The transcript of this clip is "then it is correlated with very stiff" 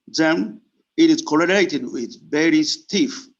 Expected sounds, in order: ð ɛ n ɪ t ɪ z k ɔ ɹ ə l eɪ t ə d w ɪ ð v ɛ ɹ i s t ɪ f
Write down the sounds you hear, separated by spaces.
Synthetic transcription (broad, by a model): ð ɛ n ɪ t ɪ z k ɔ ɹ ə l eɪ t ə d w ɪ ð b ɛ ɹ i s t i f